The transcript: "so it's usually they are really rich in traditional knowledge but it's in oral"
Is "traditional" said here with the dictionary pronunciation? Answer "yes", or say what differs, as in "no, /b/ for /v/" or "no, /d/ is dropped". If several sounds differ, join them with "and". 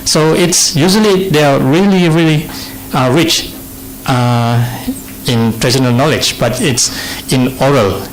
no, /ʃ/ is dropped